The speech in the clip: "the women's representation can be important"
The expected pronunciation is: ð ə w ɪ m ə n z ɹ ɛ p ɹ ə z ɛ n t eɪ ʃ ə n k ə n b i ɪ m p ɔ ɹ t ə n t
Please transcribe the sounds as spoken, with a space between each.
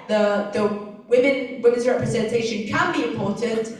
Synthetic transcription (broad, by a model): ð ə w ɪ m ə n z ɹ ɛ p ɹ ə z ɛ n t eɪ ʃ ə n k ə n b i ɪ m p ɔ ɹ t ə n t